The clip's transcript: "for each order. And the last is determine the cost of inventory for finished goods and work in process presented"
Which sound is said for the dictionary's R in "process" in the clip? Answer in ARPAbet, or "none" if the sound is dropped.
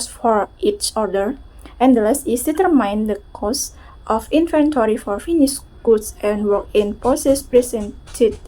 none